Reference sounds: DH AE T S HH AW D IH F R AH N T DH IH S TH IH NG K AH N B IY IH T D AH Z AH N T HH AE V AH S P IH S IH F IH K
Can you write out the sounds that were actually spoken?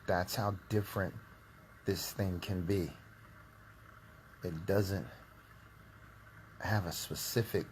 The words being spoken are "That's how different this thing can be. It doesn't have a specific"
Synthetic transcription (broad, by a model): DH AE T S HH AW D IH F R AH N DH IH S TH IH NG K AH N B IY IH T D AH Z AH N T HH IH V AH S P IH S IH F IH K